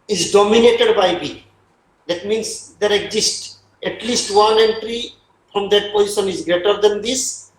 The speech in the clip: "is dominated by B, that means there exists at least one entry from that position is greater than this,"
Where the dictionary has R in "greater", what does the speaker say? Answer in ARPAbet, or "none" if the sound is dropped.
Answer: R